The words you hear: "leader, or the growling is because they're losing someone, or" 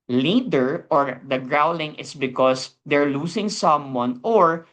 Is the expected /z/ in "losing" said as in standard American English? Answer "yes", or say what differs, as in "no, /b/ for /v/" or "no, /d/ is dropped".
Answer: no, /s/ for /z/